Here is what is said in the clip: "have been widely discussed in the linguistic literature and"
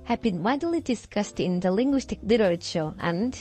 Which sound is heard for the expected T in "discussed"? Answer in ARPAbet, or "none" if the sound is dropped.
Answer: T